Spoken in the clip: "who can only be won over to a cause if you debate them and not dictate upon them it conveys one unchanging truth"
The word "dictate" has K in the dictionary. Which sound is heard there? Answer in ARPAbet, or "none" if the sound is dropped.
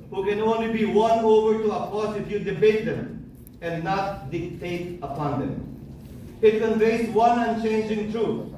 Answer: K